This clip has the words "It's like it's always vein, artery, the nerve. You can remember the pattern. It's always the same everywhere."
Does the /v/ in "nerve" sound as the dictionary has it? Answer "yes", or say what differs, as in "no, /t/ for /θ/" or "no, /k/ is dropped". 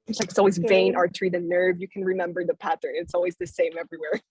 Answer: yes